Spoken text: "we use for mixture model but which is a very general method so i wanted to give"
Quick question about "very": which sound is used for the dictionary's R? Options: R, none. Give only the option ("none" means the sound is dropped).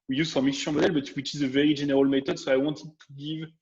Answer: R